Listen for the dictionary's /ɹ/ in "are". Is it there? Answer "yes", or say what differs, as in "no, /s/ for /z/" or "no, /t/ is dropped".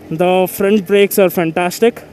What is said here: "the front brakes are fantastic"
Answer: yes